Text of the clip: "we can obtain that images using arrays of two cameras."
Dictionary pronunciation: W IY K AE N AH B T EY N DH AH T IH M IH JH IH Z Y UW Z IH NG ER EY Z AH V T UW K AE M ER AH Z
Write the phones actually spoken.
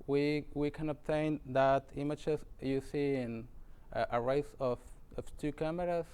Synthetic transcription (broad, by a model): W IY K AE N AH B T EY N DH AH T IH M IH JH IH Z Y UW S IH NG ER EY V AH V T UW K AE M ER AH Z